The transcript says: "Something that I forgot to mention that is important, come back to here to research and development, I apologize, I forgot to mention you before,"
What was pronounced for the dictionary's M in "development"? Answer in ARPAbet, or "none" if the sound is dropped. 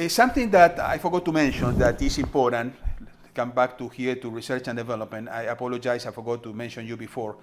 M